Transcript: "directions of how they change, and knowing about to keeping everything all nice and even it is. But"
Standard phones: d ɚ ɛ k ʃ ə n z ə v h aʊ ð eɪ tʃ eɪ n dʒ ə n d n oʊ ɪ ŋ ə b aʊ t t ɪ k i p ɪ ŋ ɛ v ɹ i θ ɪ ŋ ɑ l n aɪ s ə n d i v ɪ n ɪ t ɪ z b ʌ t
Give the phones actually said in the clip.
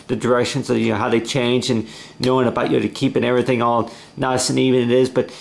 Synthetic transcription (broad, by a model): d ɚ ɛ k ʃ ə n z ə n h aʊ ð eɪ tʃ eɪ n dʒ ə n n oʊ ɪ ŋ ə b aʊ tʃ t ɪ k i p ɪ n ɛ v ɹ i θ ɪ ŋ ɑ l n aɪ s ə n i v ɪ n ɪ t ɪ z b ʌ t